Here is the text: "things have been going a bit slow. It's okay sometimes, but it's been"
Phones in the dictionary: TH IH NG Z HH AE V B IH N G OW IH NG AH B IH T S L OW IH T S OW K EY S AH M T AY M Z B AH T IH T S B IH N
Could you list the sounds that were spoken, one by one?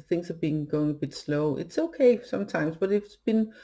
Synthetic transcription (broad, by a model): TH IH NG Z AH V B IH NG G OW IH NG AH B IH T S L OW IH T S OW K EY S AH M T AY M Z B AH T IH T S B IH N